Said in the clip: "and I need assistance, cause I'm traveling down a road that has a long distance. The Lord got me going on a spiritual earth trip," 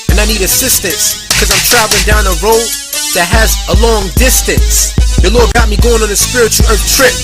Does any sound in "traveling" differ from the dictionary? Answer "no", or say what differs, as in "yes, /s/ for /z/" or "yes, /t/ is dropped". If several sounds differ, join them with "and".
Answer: no